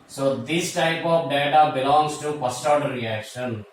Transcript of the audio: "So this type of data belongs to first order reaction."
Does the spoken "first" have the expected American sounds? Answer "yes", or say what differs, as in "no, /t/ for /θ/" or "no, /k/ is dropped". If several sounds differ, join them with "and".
no, /p/ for /f/